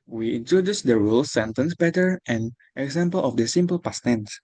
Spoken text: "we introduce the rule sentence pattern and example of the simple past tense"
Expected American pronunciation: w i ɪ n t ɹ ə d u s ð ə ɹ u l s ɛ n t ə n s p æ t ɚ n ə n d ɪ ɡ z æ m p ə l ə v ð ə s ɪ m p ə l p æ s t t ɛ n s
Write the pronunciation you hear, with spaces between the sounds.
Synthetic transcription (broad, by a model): w i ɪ n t ɹ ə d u s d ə ɹ u l s ɛ n t ə n s b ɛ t ɚ ə n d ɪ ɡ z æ m p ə l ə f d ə s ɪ m p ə l p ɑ s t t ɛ n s